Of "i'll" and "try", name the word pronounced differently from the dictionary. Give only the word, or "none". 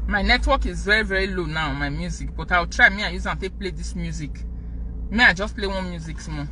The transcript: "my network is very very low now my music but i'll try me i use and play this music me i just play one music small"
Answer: i'll